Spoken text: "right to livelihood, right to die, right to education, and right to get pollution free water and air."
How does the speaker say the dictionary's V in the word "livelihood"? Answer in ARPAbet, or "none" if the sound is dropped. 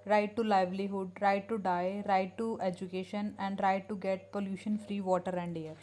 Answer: V